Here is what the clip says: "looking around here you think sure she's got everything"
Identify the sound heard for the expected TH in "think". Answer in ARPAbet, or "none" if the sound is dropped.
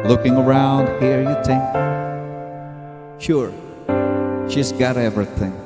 T